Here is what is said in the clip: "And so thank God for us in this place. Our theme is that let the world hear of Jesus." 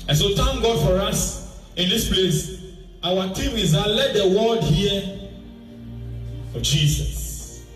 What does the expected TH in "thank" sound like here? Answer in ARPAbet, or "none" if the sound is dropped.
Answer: T